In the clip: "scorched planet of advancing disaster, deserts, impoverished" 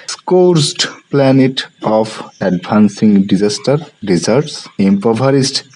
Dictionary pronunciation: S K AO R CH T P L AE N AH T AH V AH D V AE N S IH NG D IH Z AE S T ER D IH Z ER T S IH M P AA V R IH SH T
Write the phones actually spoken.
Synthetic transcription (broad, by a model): S K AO R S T P L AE N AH T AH P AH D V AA N S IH NG D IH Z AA S T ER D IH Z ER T S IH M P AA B R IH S T